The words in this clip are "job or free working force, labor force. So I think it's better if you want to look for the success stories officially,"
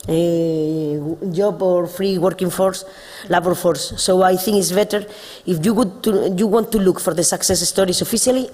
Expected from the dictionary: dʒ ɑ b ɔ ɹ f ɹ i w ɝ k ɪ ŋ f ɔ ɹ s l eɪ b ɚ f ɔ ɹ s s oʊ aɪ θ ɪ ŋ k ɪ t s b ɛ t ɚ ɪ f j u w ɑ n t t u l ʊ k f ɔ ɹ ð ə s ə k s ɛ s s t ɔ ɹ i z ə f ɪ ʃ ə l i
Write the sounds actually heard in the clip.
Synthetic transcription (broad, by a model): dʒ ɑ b ɔ ɹ f ɹ i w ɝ k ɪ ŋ f ɔ ɹ s l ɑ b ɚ f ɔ ɹ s s oʊ aɪ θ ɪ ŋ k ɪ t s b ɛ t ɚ ɪ f j u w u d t t u l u k f ɔ ɹ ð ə s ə k s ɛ s s t ɔ ɹ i s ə f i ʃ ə l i